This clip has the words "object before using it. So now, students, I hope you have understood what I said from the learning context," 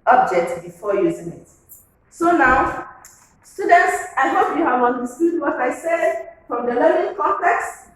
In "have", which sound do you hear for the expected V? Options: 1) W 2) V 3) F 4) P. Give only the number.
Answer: 1